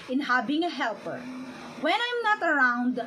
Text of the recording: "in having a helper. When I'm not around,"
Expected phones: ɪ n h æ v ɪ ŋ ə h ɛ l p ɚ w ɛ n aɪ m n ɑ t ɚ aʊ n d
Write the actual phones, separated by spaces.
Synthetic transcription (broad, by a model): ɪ n h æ b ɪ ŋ ə h ɛ l p ɚ w ɛ n aɪ m n ɑ t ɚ aʊ n d